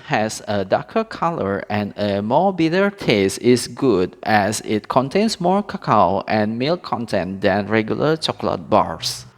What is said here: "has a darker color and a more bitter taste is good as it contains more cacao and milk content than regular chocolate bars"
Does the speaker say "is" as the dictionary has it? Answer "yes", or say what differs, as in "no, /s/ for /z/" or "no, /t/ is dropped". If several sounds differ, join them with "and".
no, /s/ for /z/